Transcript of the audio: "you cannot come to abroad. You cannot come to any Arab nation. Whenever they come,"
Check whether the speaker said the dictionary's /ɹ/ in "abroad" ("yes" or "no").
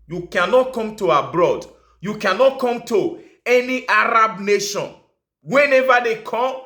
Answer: yes